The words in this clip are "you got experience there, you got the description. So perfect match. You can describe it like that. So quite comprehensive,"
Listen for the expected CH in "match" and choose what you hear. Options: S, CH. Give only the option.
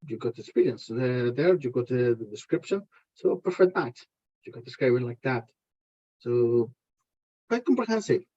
S